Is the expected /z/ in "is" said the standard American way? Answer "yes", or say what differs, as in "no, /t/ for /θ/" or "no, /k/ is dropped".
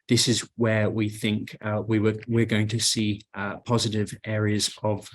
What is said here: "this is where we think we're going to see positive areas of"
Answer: yes